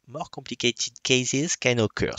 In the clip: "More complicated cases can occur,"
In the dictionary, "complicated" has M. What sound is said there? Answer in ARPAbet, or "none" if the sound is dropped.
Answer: none